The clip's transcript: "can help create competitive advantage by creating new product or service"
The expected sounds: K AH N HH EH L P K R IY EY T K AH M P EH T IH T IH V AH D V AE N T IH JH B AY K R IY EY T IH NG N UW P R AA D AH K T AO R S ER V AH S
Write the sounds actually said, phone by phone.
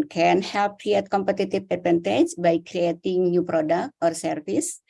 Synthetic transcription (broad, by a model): K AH N HH EH L P K R IY EY T K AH M P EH T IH T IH P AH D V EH N T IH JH B AY K R IY EY T IH NG N UW P R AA D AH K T AO R S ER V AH S